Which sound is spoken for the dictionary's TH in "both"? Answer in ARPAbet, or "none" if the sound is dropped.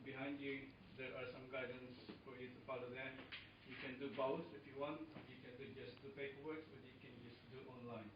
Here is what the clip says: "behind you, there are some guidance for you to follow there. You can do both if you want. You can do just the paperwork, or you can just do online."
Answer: S